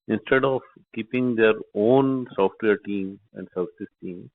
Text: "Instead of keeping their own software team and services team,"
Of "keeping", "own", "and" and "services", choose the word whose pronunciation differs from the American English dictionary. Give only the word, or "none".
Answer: services